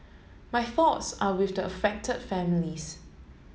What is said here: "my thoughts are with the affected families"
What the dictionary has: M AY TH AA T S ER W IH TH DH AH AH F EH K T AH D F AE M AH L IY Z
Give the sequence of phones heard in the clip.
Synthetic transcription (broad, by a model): M AY TH AA T S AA W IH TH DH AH AH F EH K T AH D F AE M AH L IY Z